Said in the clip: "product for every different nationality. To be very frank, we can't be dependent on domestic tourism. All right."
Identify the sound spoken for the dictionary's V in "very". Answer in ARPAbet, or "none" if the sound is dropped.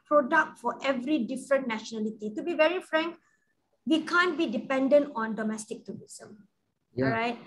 V